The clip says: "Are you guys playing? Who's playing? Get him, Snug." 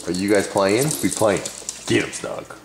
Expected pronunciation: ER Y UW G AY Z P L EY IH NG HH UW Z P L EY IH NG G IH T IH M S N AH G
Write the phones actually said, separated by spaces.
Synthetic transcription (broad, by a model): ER Y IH G AY Z P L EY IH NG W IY P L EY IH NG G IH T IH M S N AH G